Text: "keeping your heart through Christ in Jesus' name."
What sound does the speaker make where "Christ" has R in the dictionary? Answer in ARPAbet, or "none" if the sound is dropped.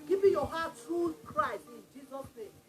R